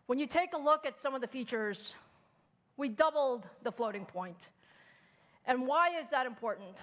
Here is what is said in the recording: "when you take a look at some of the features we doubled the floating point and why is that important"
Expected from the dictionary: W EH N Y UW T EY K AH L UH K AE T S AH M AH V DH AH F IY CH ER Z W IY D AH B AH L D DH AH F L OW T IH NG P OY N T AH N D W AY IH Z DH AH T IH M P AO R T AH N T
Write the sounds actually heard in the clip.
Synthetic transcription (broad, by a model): W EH N Y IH T EY K AH L UH K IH T S AH M AH V DH AH F IY CH ER Z W IY D AH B L D DH AH F L OW T IH NG P OY N T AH N W AY IH Z DH AH T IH M P AO R T N T